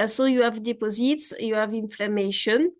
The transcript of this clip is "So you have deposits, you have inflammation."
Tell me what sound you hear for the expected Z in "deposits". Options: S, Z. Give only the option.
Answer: Z